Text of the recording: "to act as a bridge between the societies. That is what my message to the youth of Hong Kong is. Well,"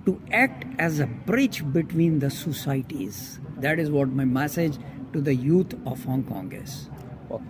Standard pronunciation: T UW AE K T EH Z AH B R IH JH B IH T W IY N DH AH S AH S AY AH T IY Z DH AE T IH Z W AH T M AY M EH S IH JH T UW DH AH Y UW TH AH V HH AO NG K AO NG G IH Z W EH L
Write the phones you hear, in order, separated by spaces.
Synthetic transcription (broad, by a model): T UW AE K T EH Z AH B R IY CH B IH T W IY N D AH S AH S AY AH T IY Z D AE T IH Z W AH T M AY M EH S IH JH T UW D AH Y UW T AH V HH AO NG K AO NG G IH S